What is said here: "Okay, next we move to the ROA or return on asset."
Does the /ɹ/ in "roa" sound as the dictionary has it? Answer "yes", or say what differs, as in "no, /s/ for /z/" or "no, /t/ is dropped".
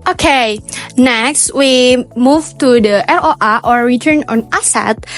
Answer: no, /l/ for /ɹ/